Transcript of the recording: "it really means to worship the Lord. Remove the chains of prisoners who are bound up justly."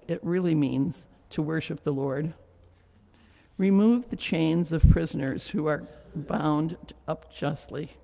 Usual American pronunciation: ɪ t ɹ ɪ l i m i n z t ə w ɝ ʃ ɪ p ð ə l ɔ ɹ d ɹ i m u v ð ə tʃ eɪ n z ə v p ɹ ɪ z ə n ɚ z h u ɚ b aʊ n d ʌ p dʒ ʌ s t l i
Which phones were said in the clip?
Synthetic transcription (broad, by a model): ɪ t ɹ ɪ l i m i n z t ə w ɝ ʃ ɪ p ð ə l ɔ ɹ d ɹ i m u v ð ə tʃ eɪ n z ə v p ɹ ɪ z ə n ɚ z h u ɚ b aʊ n d ʌ p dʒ ʌ s t l i